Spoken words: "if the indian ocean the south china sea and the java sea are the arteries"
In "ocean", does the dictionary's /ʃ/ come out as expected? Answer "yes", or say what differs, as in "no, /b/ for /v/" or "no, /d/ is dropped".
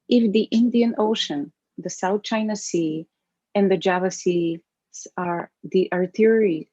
yes